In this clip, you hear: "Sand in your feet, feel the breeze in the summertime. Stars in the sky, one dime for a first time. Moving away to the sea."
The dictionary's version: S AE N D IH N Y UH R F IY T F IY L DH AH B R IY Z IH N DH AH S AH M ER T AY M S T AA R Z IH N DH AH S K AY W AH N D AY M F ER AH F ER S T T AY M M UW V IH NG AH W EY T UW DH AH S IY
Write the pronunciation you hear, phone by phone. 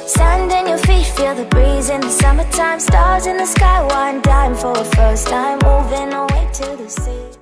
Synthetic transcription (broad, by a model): S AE N D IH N Y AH R F IY T F IY L DH AH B R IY Z IH N DH AH S AH M ER T AY M S T AA R Z IH N DH AH S K AY W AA N D AY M F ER AH F ER S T T AY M M UW V IH NG AH W EY T UW DH AH S IY